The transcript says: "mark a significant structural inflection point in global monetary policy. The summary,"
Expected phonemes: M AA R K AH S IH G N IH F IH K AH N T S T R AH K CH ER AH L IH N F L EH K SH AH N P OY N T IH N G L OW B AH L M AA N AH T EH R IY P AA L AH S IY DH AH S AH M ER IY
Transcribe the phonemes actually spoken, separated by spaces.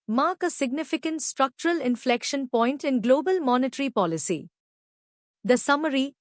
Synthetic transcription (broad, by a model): M AA R K AH S IH G N IH F IH K AH N T S T R AH K CH ER AH L IH N F L EH K SH AH N P OY N T IH N G L OW B AH L M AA N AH T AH R IY P AA L AH S IY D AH S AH M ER IY